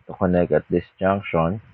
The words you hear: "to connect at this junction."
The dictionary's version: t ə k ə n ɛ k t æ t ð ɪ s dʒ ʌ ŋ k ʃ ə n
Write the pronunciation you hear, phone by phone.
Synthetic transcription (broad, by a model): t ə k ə n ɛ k ʌ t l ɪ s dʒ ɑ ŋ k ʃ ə n